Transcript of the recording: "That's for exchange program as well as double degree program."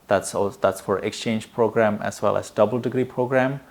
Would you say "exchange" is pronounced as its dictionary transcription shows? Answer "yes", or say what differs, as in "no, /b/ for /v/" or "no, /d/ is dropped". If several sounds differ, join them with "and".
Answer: yes